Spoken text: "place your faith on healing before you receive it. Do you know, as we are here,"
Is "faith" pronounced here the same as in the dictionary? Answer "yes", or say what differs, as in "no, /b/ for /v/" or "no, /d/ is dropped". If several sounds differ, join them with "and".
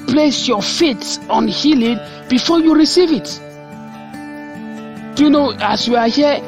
no, /s/ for /θ/